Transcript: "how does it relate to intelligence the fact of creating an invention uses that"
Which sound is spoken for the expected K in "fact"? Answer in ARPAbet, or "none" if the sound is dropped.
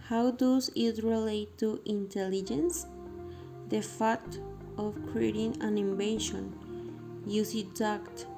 none